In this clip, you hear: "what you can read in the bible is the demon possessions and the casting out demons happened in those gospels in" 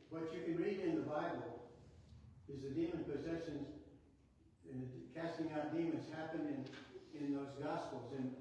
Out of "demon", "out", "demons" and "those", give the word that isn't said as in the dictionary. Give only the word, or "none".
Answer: none